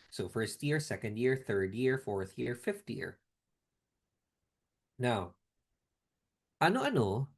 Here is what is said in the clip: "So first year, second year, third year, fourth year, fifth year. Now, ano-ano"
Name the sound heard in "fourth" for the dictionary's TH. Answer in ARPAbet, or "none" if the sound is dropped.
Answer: TH